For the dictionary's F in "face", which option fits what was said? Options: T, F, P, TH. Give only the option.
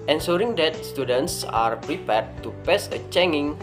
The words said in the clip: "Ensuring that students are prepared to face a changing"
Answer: P